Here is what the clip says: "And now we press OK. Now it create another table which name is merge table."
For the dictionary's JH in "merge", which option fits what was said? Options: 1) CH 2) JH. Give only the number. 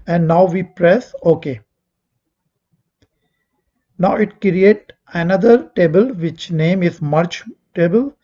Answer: 1